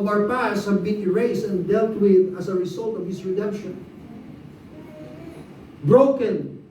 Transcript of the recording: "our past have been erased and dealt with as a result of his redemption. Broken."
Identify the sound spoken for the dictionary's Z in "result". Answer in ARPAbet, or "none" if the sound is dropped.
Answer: S